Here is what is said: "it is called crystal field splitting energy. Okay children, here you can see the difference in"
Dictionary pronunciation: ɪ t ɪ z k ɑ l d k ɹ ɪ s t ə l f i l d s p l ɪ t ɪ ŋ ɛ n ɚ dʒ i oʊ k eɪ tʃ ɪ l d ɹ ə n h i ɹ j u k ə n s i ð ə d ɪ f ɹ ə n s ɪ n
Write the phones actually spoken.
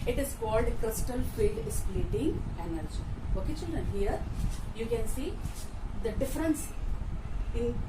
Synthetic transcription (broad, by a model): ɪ t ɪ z k ɑ l d k ɹ ɪ s t ə l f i l d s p l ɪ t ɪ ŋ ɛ n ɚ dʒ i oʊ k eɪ tʃ ɪ l d ɹ ə n h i ɹ j u k ə n s i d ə d ɪ f ɹ ə n s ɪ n